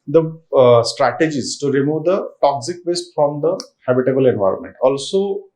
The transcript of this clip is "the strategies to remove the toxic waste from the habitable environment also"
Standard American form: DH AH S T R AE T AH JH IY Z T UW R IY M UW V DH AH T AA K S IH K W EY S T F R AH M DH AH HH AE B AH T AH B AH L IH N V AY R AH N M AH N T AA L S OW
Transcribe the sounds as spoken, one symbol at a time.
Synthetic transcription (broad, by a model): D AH S T R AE T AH JH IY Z T UW R IY M UW V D AH T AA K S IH K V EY S T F R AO M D AH HH AE B AH T AH B AH L IH N V AY R AH N M AH N T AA L S OW